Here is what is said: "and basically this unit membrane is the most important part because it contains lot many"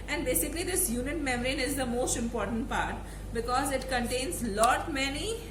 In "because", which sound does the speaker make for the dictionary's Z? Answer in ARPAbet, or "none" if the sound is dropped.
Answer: Z